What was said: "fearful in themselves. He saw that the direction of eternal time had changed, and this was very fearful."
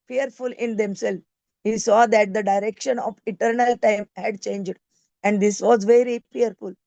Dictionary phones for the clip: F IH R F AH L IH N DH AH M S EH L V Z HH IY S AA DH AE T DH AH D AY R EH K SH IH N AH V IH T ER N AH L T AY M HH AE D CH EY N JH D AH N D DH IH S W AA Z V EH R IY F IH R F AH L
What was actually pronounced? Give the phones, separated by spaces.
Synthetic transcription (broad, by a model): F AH R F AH L IH N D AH M S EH L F HH IY S AA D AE T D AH D AY R EH K SH IH N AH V IH T ER N AH L T AY M HH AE D CH EY N JH D AH N D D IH S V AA Z V EH R IY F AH R F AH L